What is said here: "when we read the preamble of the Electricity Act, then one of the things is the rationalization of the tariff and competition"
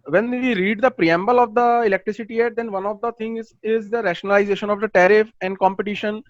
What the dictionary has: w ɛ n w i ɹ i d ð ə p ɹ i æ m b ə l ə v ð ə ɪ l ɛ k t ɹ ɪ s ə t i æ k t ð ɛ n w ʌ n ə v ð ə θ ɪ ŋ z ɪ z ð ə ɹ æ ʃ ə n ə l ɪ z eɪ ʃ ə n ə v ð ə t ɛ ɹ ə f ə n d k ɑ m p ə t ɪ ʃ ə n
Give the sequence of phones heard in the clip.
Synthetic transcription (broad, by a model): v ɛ n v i ɹ i d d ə p ɹ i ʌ m b ə l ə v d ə ɪ l ɛ k t ɹ ɪ s ə t i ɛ t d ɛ n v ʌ n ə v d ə t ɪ ŋ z ɪ z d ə ɹ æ ʃ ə n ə l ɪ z eɪ ʃ ə n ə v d ə t ɛ ɹ ə f ə n d k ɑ m p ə t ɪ ʃ ə n